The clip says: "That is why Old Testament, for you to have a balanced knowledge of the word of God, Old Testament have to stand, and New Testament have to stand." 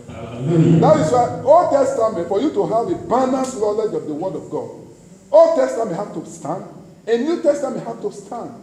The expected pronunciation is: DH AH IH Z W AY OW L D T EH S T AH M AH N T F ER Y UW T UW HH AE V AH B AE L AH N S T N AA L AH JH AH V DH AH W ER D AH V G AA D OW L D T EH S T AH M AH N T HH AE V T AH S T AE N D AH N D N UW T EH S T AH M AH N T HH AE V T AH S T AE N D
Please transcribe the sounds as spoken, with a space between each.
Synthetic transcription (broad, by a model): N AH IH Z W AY OW L D T EH S T AH M AH N T F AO Y UW T UW HH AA V AH B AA N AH S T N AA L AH JH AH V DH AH W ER D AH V G AA D OW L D T EH S T AH M AH N T HH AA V T AH S T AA N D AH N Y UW T EH S T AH M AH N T HH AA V T AH S T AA N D